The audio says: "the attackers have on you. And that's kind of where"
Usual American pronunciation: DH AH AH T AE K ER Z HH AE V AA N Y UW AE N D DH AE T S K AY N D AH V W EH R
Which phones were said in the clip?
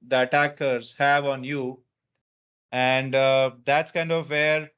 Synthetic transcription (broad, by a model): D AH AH T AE K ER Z HH AE V AA N Y UW AE N D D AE T S K AY N D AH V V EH R